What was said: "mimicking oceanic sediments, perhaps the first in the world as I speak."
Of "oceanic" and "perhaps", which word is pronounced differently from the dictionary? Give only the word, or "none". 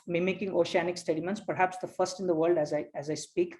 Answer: none